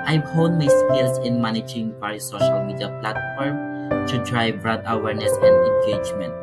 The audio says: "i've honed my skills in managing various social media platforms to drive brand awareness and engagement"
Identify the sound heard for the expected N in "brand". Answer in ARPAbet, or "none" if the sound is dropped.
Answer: none